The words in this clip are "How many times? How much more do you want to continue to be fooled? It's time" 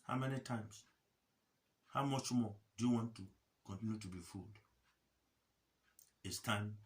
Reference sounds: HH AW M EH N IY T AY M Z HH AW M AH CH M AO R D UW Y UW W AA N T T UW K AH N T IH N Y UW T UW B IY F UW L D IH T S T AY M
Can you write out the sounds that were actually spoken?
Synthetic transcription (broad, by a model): HH AW M EH N IY T AY M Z HH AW M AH CH M AO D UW Y UW W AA N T T UW K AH N T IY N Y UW T UW B IY F UW L D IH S T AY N